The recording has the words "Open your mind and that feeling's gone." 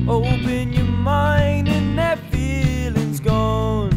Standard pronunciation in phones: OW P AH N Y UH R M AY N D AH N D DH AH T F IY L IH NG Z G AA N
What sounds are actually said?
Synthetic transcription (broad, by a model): OW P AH N Y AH R M AY N D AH N DH AH T F IY L IH NG Z G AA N